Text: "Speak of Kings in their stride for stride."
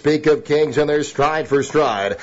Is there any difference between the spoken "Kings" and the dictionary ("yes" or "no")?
no